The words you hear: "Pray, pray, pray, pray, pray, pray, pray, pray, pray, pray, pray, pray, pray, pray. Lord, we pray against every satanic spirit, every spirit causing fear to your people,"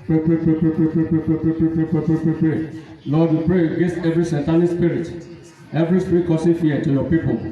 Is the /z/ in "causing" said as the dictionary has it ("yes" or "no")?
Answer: no